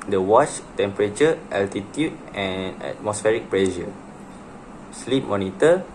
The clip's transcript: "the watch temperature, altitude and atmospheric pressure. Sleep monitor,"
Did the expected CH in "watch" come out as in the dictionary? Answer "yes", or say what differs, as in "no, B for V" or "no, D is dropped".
yes